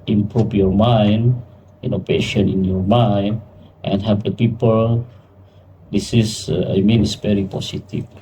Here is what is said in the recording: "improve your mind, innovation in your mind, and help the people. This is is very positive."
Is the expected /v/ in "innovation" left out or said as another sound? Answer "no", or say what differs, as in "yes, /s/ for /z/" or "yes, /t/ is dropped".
yes, /p/ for /v/